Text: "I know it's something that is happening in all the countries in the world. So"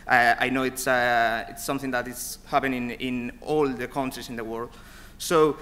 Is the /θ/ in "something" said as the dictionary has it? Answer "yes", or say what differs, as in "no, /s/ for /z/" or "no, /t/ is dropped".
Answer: yes